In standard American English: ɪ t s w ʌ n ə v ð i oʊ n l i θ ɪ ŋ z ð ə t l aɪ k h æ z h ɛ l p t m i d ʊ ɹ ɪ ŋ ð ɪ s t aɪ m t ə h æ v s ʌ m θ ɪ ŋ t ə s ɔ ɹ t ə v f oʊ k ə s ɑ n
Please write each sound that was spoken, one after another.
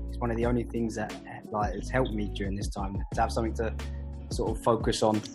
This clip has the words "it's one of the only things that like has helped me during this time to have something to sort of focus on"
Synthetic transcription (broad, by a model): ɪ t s w ʌ n ə v ð i oʊ n l i θ ɪ ŋ z ð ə t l aɪ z h ɛ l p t m i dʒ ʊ ɹ ɪ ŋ ð ɪ s t aɪ m t ə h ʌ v s ʌ m θ ɪ ŋ t ə s ɔ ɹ t ə v f oʊ k ə s n